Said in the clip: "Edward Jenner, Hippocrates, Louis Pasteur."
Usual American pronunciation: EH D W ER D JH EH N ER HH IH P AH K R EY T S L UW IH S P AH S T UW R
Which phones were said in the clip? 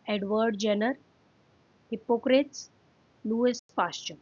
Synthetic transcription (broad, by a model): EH D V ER D JH EH N ER HH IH P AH K R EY T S L UW IH S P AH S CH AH